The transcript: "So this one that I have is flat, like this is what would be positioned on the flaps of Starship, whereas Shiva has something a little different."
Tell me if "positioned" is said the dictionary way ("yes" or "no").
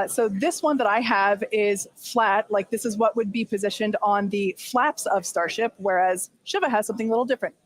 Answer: yes